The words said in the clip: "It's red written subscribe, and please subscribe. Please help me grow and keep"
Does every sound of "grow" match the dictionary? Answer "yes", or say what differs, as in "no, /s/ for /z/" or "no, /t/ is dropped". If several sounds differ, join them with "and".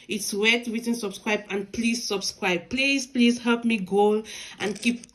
no, /ɹ/ is dropped